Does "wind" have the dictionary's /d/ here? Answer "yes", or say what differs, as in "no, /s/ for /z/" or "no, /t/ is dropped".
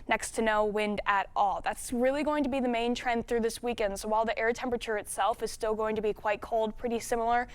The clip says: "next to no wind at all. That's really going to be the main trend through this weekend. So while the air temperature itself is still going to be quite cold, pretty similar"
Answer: yes